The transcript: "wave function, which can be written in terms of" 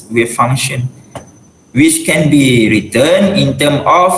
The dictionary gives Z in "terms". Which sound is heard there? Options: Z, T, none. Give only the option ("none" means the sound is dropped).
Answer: none